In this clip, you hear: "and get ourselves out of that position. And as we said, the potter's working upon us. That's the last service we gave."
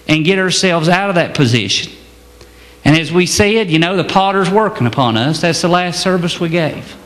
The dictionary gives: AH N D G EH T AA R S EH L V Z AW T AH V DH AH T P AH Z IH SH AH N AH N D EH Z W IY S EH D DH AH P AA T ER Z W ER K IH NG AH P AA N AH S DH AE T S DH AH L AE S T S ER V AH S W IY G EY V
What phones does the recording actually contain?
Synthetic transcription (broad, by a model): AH N G EH T AA R S EH L V Z AW T AH V DH AH T P AH Z IH SH AH N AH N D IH Z W IY S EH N DH AH P AA T ER Z W ER K IH NG AH P AA N AH S DH AE T S DH AH L AE S T S ER V AH S W IY G EY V